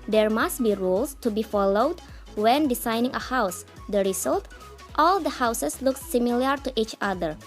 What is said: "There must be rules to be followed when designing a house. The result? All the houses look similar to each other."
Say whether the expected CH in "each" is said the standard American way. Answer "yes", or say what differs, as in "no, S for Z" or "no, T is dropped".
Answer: yes